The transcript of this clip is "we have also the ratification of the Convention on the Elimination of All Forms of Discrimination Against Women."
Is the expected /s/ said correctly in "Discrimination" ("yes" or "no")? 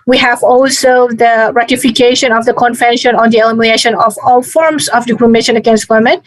no